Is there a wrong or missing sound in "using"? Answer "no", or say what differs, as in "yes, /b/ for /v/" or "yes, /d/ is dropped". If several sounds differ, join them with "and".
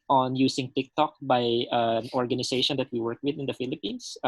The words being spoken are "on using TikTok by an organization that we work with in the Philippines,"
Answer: yes, /s/ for /z/